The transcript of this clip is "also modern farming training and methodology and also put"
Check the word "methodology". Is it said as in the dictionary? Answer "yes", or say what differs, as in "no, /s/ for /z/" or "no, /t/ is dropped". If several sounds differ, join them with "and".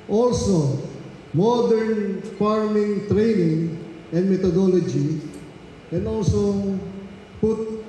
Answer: no, /t/ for /θ/